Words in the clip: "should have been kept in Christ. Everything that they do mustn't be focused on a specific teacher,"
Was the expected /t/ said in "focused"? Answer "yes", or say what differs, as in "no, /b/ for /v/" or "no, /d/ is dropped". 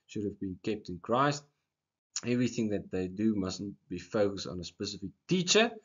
yes